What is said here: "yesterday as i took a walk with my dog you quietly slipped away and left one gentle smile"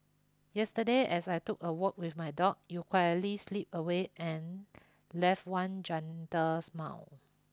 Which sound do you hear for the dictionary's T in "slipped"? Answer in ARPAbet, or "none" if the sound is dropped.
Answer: none